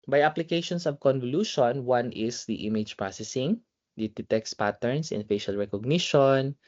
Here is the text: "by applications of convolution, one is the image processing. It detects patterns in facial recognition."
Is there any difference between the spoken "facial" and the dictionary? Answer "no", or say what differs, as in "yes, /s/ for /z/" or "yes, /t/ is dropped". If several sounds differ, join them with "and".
no